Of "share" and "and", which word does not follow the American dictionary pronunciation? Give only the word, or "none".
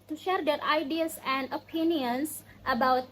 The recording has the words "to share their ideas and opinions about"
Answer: none